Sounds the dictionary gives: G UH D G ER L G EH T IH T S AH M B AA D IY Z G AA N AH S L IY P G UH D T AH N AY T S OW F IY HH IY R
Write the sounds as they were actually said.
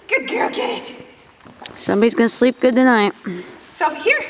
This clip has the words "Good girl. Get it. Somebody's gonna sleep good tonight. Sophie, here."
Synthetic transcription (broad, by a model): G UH D G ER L G EH T IH T S AH M B AA D IY Z G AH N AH S L IY P G UH D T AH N AY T S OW IY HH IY R